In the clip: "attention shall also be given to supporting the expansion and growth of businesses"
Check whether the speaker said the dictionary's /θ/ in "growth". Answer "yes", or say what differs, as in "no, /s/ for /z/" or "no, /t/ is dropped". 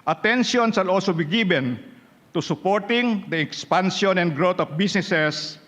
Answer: no, /t/ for /θ/